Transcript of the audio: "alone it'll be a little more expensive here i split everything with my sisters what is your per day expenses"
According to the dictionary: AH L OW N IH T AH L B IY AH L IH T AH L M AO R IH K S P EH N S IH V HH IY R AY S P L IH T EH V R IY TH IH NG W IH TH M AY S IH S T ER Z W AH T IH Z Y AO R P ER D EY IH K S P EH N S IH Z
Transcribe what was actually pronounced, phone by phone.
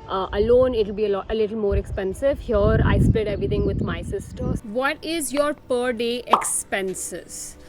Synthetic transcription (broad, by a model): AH L OW N IH T AH L B IY AH L IH T AH L M AO R IH K S P EH N S IH V HH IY R AY S P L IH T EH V R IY T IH NG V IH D M AY S IH S T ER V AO T IH Z Y AO R P ER D EY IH K S P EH N S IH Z